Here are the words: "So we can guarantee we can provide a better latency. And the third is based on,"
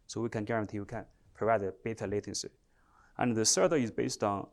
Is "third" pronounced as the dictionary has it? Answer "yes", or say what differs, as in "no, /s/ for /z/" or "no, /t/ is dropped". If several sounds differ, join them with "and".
no, /s/ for /θ/